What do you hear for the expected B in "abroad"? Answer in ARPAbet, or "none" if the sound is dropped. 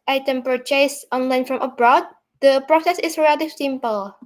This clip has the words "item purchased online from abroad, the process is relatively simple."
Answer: B